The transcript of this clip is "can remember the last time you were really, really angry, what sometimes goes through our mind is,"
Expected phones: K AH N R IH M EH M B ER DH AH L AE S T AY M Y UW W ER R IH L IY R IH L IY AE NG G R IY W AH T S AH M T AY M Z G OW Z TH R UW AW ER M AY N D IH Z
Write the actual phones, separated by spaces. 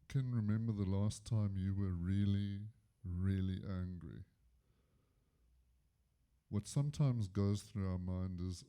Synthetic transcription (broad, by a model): K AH N R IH M EH M B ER DH AH L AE S T AY M Y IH W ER R IH L IY R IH L IY AE NG G R IY W AH T S AH M T AY M Z G OW Z TH R UW AW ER M AY N D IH Z